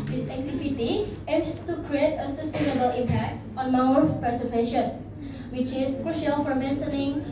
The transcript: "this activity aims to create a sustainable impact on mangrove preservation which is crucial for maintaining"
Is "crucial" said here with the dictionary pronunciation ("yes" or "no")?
yes